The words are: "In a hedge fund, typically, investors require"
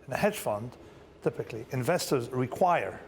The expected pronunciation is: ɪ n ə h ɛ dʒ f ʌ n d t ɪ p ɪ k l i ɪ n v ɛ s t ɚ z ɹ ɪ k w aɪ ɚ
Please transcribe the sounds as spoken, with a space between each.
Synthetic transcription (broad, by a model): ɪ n ə h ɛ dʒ f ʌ n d t ɪ p ɪ k l i ɪ n v ɛ s t ɚ z ɹ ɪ k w aɪ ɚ